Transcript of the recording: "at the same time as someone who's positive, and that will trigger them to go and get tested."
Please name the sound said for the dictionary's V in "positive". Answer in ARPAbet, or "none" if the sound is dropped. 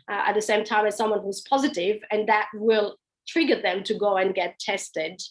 V